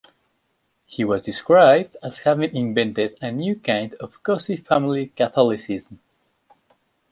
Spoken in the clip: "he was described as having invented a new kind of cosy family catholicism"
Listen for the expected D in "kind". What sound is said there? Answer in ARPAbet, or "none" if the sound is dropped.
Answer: D